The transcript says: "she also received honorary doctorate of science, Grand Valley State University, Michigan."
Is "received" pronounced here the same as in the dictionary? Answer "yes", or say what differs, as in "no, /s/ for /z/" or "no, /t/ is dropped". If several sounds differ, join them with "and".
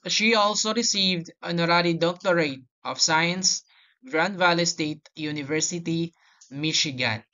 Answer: yes